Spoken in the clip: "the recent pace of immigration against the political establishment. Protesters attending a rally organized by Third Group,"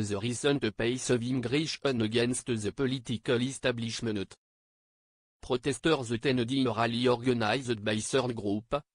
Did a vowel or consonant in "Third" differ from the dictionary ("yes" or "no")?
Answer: yes